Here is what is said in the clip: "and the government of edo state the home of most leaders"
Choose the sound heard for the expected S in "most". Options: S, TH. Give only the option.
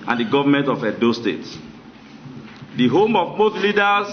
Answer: TH